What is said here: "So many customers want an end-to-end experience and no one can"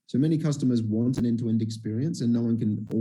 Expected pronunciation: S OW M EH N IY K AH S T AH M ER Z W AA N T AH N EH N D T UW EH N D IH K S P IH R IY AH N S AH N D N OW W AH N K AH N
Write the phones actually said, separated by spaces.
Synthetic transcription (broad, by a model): S OW M EH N IY K AH S T AH M ER Z W AA N T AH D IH N T UW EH N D IH K S P IH R IY AH N S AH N N OW W AH N K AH N